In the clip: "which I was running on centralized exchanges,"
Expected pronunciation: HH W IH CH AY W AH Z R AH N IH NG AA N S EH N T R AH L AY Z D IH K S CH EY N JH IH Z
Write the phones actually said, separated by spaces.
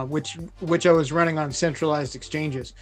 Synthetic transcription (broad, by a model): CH W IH CH AY W AH Z R AH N IH NG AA N S EH N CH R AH L AY Z D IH K S CH EY N JH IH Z